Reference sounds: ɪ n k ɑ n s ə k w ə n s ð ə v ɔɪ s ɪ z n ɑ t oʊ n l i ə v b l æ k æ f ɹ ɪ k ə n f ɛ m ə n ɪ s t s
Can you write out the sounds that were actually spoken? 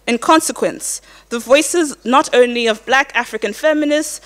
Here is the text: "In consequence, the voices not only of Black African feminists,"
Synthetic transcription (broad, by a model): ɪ n k ɑ n s ə k w ə n s ð ə v ɔɪ s ɪ z n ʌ t oʊ n l i ə v b l æ k æ f ɹ ɪ k ə n f ɛ m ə n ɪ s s